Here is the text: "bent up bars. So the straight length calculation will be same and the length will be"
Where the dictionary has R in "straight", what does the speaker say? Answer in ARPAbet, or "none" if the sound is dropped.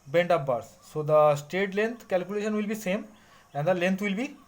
none